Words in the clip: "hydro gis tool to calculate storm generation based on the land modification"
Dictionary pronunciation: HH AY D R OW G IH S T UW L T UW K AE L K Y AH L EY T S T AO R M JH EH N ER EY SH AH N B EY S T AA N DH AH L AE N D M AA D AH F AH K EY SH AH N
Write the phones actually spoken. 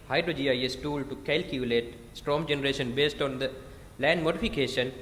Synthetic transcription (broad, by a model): HH AY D R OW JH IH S T UW L T UW K AE L K Y AH L EY T S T AO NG JH EH N ER EY SH AH N B EY S T AA N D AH L AE N D M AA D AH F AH K EY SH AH N